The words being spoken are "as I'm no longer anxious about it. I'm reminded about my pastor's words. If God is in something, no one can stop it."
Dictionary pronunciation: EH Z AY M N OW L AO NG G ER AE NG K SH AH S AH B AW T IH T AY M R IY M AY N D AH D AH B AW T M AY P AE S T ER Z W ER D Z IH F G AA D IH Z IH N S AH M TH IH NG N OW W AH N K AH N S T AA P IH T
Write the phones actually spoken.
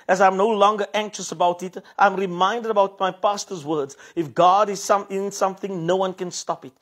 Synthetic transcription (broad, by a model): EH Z AY M N OW L AO NG G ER AE NG K SH AH S AH B AW T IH T AY M R IY M AY N D AH D AH B AW T M AY P AE S T ER Z W ER D Z IH F G AA D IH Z IH N S AH M TH IH NG N OW W AH N K AH N S T AA P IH T